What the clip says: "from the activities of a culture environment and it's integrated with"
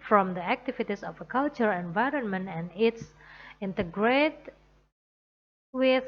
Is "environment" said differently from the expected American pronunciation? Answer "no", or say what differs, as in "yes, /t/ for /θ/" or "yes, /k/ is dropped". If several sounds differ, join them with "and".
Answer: no